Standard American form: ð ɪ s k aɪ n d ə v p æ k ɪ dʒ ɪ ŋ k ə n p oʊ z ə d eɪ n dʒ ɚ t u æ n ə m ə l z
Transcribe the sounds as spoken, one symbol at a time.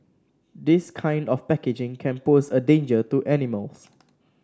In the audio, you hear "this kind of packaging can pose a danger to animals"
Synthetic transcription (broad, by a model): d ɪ s k aɪ n d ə f p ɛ k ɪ dʒ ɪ ŋ k ə n p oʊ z ə d eɪ n dʒ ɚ t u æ n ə m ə l s